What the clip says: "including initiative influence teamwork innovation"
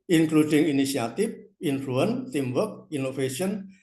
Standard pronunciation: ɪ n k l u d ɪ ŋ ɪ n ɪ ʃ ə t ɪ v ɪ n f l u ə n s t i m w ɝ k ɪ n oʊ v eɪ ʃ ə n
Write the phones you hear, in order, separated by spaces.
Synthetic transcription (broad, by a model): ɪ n k l u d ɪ ŋ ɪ n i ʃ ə t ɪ f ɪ n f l u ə n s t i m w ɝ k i n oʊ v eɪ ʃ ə n